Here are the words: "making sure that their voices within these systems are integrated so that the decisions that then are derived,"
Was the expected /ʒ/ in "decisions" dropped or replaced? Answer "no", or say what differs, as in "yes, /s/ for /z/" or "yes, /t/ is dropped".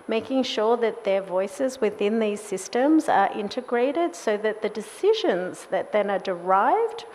no